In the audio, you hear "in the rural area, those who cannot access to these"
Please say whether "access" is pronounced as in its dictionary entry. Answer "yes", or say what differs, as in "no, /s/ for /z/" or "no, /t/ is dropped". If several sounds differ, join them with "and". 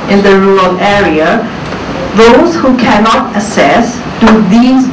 no, /k/ is dropped